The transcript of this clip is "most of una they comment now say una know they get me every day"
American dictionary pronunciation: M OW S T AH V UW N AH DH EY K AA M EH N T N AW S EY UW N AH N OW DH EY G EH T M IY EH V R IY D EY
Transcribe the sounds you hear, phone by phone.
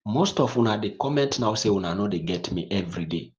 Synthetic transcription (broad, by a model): M OW S T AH W UW N AH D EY K AA M EH N T N AW S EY UW N AH N OW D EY G EH T M IY EH V R IY D EY